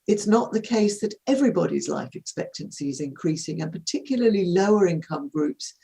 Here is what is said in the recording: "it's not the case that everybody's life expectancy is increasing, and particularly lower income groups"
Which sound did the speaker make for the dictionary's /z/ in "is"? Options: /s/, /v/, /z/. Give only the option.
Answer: /z/